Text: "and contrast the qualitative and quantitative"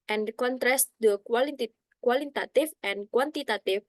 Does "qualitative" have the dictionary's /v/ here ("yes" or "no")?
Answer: no